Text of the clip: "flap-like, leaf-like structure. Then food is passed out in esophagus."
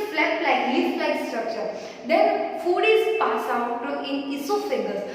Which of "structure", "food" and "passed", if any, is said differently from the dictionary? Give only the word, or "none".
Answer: passed